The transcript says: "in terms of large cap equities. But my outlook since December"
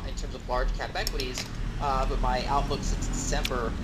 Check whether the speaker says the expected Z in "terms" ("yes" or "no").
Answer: yes